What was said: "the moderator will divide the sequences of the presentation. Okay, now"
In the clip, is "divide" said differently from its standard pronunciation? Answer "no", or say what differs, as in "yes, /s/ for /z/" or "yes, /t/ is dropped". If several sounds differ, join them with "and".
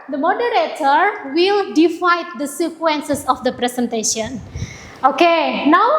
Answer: yes, /f/ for /v/